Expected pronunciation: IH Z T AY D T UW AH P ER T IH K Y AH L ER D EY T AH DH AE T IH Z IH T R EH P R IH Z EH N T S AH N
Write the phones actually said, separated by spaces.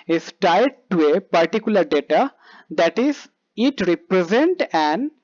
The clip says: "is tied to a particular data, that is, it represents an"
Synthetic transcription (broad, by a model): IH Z T AY D T UW AH P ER T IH K Y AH L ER D EY T AH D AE T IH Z IH T R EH P R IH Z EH N T AH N